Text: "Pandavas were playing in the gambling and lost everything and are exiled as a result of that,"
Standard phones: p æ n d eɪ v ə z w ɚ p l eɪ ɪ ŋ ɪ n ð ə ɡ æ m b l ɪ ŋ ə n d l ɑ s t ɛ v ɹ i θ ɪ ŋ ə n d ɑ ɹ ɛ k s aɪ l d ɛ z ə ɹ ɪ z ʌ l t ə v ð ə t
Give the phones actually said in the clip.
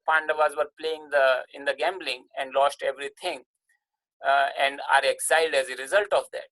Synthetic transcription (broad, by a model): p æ n d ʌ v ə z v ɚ p l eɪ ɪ ŋ ɪ n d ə ɡ æ m b l ɪ ŋ ə n d l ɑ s t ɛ v ɹ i t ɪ ŋ ə n d ɑ ɹ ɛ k s aɪ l d ɛ z ə ɹ ɪ z ʌ l t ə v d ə t